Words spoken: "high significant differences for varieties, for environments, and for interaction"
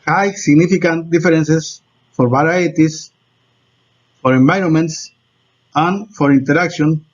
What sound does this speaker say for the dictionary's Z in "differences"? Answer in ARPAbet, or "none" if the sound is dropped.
S